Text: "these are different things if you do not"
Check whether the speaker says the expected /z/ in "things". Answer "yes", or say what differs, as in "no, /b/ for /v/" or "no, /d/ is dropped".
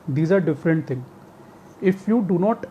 no, /z/ is dropped